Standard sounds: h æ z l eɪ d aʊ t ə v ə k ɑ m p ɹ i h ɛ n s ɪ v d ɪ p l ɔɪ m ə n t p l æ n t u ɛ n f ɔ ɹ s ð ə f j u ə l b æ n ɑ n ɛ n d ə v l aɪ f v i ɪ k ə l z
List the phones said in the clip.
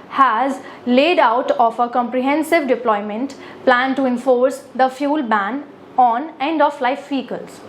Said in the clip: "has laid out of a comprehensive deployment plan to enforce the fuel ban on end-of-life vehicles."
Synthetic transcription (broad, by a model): h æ z l eɪ d aʊ t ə f ə k ɑ m p ɹ i h ɛ n s ɪ v d ɪ p l ɔɪ m ə n t p l æ n t u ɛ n f ɔ ɹ s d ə f j u l b æ n ɑ n ɛ n d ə f l aɪ f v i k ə l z